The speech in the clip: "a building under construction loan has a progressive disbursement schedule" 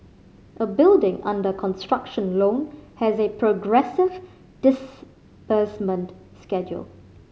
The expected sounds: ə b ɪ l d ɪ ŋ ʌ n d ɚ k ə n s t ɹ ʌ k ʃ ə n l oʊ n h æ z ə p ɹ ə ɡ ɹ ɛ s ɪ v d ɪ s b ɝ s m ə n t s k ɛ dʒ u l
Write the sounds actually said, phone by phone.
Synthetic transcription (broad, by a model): ə b ɪ l d ɪ ŋ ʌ n d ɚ k ə n s t ɹ ʌ k ʃ ə n l oʊ n h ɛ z ə p ɹ ə ɡ ɹ ɛ s ɪ v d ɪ s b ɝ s m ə n t s k ɛ dʒ u l